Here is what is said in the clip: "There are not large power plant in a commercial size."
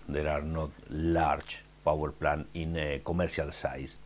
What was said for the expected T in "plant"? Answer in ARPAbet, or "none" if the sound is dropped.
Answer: none